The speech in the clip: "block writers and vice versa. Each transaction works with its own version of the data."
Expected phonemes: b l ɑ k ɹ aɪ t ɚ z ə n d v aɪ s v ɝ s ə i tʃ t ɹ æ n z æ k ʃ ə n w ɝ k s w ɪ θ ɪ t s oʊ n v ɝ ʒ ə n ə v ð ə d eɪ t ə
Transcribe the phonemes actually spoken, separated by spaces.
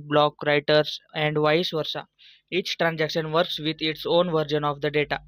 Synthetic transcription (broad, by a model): b l ɑ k ɹ aɪ t ɚ s ə n d v aɪ s v ɝ s ə i tʃ t ɹ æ n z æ k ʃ ə n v ɝ k s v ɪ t ɪ t s oʊ n v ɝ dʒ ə n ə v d ə d eɪ t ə